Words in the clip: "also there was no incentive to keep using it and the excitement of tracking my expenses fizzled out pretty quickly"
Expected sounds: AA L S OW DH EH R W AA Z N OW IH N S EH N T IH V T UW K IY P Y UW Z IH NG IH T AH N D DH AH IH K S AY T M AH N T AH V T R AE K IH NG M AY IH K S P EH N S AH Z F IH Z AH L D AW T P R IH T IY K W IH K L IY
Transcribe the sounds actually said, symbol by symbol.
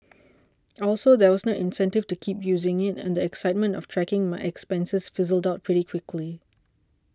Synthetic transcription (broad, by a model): AA L S OW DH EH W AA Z N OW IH N S EH N T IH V T UW K IY P Y UW Z IH NG IH T AH N D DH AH IH K S AY T M AH N T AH F T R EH K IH NG M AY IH K S P EH N S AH S F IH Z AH L D AW T P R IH T IY K W IH K L IY